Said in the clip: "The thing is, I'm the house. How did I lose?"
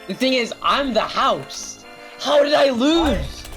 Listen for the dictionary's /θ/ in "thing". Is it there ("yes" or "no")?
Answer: yes